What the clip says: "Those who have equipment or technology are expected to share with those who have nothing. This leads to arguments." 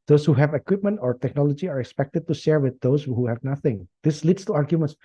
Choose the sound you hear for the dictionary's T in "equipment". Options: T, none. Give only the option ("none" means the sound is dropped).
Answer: T